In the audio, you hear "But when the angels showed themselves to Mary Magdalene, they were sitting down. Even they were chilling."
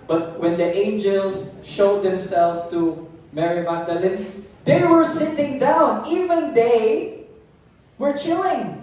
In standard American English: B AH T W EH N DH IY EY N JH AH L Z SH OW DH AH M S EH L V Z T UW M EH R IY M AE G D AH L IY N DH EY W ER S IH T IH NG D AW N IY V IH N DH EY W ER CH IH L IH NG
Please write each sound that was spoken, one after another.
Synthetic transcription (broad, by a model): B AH T W EH N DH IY EY N JH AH L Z SH OW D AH M S EH L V T UW M EH R IY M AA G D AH L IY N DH EY W ER S IH T IH NG D AW N IY V IH N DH EY W ER CH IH L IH NG